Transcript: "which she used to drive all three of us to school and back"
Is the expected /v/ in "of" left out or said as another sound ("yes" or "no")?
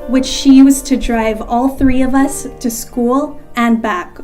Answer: no